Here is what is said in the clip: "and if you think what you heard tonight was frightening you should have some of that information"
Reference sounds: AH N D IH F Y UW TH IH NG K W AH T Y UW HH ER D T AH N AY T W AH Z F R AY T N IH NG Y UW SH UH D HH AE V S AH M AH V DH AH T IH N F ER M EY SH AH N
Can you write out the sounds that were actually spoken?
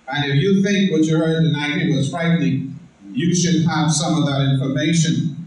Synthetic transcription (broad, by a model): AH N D IH F Y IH TH IH NG K W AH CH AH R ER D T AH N AY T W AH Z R AY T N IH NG Y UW SH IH D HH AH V S AH M AH V DH AH T IH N F ER M EY SH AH N